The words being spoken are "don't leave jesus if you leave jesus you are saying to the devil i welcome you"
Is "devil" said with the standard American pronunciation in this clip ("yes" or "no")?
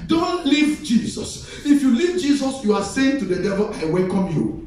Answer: yes